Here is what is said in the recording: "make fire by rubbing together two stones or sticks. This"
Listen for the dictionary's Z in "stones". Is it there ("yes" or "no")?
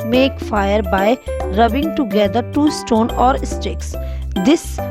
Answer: no